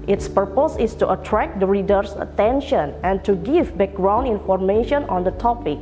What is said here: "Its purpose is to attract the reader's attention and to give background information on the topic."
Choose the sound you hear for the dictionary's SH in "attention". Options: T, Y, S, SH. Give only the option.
SH